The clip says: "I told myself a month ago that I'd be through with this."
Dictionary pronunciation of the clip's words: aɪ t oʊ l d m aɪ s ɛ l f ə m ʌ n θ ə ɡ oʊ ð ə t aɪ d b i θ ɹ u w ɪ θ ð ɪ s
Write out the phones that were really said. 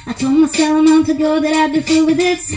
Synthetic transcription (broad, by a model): aɪ t oʊ l d m aɪ s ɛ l ə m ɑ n t ə ɡ oʊ ð ə t aɪ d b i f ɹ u w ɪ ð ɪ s